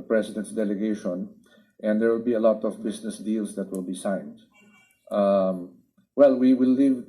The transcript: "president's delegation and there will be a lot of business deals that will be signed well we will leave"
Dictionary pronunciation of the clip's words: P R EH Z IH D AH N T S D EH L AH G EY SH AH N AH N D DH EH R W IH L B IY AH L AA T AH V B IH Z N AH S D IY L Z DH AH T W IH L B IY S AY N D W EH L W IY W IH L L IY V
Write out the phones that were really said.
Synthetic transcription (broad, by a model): P R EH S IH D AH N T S D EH L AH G EY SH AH N AH N D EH R W IH L B IY AH L AA T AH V B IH S N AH S D IY L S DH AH T W IH L B IY S AY N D W EH L W IY W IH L L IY V